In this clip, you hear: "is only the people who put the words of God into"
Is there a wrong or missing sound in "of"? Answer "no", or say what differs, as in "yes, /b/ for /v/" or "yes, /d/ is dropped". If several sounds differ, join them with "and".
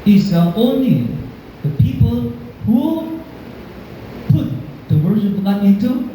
yes, /p/ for /v/